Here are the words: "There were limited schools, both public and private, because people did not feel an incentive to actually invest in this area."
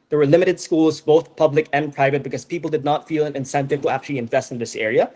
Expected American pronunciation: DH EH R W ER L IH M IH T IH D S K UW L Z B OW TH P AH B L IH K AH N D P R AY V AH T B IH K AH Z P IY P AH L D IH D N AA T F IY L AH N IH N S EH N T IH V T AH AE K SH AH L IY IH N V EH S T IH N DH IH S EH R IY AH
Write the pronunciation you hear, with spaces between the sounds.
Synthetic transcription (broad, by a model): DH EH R W ER L IH M IH T IH D S K UW L Z B OW TH P AH B L IH K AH N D P R AY V AH T B IH K AH Z P IY P L D IH D N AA T F IY L AH N IH N S EH N T IH V T AH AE K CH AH L IY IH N V EH S T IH N DH IH S EH R IY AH